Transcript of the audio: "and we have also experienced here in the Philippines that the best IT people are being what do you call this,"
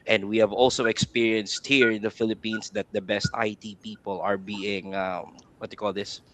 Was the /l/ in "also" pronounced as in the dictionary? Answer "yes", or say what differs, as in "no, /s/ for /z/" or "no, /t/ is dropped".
yes